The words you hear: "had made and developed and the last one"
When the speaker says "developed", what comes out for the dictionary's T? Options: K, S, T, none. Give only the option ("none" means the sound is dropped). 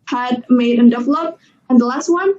none